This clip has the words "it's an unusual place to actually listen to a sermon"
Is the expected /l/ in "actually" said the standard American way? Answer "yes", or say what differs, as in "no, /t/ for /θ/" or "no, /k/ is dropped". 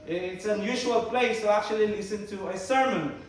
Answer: yes